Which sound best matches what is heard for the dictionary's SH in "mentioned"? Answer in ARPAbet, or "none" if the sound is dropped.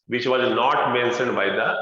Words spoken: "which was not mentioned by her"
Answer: S